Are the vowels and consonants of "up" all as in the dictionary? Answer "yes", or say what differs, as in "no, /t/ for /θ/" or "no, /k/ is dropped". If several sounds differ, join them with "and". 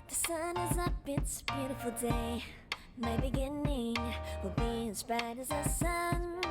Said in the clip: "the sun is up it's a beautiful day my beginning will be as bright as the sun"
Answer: no, /b/ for /p/